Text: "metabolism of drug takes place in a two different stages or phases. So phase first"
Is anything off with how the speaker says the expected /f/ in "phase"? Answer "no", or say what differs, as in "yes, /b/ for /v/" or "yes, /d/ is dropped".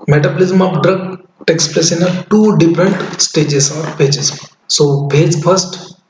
yes, /p/ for /f/